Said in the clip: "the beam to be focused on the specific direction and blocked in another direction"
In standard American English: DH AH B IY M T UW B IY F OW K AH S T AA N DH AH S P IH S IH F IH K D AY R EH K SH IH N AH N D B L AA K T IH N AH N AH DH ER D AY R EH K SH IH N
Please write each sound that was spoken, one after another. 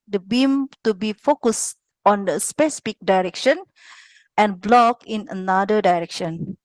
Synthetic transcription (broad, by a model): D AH B IY M T UW B IY F OW K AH S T AA N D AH S P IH S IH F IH K D AY R EH K SH IH N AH N B L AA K IH N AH N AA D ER D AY R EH K SH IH N